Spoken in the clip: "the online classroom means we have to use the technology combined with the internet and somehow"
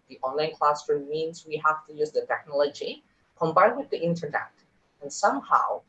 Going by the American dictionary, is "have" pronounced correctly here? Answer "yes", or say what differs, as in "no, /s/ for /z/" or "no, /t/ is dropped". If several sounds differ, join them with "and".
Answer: no, /f/ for /v/